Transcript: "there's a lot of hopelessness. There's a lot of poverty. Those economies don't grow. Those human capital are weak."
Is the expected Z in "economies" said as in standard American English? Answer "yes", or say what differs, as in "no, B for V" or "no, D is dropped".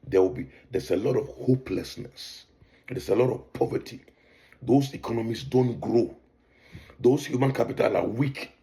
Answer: no, S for Z